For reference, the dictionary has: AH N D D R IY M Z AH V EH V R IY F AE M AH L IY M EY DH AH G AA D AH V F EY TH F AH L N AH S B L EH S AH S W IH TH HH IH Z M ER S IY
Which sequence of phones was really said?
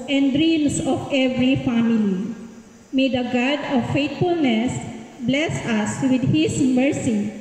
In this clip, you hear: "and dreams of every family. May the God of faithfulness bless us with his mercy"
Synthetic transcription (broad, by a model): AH N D D R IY M S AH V EH V R IY F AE M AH L IY M EY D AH G AA D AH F EY T F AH L N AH S B L EH S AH S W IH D HH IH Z M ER S IY